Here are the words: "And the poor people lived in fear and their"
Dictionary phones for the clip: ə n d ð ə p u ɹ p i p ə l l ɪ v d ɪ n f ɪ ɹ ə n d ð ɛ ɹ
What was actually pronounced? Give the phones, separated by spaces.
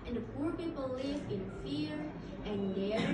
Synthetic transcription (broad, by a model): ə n ð ə p u ɹ p i p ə l l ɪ v ɪ n f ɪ ɹ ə n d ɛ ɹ